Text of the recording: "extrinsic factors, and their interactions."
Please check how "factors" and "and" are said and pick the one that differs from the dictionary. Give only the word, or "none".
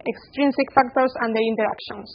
factors